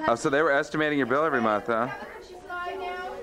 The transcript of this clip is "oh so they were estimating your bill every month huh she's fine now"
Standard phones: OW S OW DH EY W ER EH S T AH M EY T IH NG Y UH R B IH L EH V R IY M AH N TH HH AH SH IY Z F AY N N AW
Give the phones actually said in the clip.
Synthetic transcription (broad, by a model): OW S OW DH EY W ER EH S T AH M EY T IH NG Y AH R B IH L EH V R IY M AH N TH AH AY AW